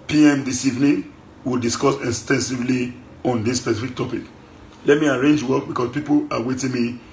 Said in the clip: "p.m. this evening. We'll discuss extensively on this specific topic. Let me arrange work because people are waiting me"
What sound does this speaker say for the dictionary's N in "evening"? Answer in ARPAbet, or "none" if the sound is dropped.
N